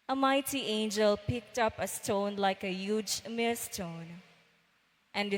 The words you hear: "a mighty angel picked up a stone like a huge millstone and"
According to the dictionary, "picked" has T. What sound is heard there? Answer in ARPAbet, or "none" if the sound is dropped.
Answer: T